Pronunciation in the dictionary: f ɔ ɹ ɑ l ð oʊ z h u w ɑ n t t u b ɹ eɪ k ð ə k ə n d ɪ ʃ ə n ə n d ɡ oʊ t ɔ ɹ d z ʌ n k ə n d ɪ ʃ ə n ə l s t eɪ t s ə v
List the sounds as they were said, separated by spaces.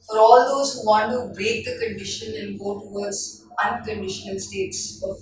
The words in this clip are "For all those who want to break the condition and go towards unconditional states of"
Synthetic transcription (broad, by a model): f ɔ ɹ ɑ l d oʊ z h u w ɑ n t t u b eɪ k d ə k ə n d ɪ ʃ ə n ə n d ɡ oʊ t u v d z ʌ n k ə n d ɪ ʃ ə n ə l s t eɪ t s